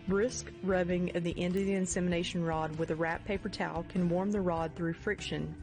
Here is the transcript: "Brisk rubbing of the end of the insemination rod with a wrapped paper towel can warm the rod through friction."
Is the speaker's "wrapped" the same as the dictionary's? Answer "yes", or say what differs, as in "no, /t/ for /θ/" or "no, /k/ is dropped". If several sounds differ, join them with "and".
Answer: no, /p/ is dropped